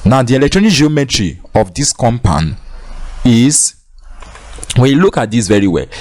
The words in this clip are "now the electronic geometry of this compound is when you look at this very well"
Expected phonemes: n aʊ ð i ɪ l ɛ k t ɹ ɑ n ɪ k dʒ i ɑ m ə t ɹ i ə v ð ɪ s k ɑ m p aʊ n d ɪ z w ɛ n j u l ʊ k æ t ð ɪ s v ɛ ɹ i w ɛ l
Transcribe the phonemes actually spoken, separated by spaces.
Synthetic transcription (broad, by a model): n aʊ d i ɪ l ɛ k t ɹ ɑ n ɪ k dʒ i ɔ m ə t ɹ i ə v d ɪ s k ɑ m p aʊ n ɪ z w ɛ n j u l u k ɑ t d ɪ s v ɛ ɹ i w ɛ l